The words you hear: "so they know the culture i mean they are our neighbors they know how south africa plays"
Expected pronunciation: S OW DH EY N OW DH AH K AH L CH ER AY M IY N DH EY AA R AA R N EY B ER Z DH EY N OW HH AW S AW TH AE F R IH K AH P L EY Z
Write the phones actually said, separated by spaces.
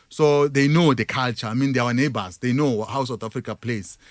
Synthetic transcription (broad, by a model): S OW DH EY N OW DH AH K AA L CH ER AY M IY N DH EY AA W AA N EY B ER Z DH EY N OW HH AW S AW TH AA F R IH K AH P L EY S